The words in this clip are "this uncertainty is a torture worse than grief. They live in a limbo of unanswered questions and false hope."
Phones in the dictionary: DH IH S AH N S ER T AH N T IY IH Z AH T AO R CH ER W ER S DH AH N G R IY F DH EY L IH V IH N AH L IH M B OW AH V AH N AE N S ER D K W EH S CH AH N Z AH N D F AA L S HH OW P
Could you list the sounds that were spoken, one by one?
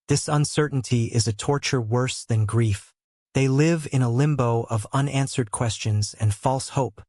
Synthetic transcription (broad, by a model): DH IH S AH N S ER T N T IY IH Z AH T AO R CH ER W ER S DH AH N G R IY F DH EY L IH V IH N AH L IH M B OW AH V AH N AE N S ER D K W EH S CH AH N Z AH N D F AA L S HH OW P